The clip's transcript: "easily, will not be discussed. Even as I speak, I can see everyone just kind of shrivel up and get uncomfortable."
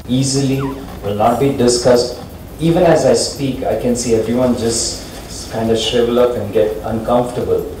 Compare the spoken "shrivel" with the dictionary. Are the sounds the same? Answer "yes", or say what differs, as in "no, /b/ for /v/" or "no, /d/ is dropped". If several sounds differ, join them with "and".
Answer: no, /ɹ/ is dropped